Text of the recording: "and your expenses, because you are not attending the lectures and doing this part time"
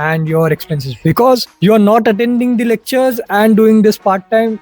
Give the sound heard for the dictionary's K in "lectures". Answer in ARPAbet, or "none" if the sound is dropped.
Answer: K